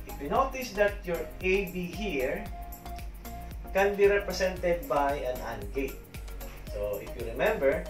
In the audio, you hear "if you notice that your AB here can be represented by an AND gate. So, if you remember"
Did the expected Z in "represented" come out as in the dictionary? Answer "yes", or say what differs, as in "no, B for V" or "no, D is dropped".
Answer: no, S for Z